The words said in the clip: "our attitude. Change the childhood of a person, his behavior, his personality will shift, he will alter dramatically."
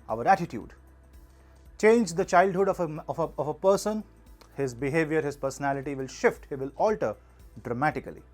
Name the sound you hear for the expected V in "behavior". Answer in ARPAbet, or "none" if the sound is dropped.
V